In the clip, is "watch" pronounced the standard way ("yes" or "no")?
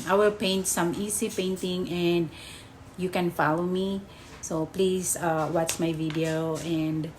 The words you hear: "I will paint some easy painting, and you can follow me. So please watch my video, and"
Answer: no